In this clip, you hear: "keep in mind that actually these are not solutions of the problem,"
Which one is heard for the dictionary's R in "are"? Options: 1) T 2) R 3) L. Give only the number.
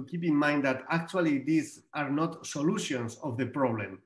2